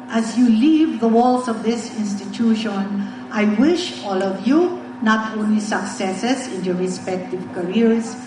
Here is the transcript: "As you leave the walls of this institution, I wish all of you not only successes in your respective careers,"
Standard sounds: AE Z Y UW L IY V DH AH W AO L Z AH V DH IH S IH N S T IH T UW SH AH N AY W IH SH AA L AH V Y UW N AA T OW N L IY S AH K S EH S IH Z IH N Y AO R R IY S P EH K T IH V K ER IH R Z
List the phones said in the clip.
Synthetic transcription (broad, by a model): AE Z Y UW L IY V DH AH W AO L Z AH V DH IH S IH N S T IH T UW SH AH N AY W IH SH AA L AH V Y UW N AA T OW N L IY S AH K S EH S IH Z IH N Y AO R R IY S P EH K T IH V K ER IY R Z